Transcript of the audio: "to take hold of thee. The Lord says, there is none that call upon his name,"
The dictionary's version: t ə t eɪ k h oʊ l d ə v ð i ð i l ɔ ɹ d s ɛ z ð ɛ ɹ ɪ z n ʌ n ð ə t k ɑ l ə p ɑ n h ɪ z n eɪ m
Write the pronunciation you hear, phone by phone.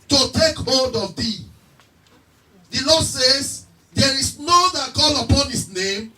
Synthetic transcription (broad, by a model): t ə t eɪ k h oʊ l d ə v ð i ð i l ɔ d s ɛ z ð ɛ ɹ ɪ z n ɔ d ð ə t k ɑ l ə p ɑ n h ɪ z n eɪ m